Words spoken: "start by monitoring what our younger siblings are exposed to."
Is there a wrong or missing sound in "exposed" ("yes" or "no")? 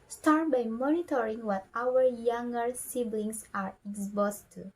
yes